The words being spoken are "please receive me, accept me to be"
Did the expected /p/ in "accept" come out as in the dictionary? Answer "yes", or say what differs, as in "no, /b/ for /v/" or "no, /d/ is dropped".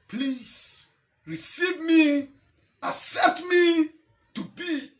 no, /p/ is dropped